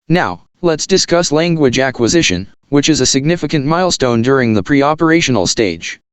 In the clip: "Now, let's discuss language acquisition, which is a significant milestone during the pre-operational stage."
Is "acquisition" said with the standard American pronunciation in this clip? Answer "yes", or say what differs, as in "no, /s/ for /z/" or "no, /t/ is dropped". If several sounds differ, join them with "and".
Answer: yes